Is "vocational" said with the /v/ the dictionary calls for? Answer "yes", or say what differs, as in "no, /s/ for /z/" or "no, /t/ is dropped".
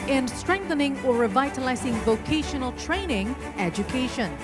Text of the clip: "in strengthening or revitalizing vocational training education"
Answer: yes